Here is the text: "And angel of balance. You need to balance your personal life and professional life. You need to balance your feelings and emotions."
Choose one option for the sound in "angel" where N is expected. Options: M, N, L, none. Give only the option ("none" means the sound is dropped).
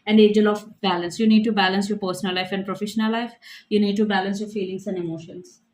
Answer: none